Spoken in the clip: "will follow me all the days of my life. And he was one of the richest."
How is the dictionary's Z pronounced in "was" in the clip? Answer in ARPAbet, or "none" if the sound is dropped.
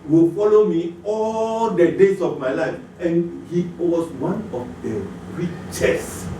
S